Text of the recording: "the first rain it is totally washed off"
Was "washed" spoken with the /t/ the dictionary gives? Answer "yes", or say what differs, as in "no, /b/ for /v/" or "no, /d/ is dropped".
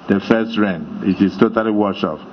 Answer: no, /t/ is dropped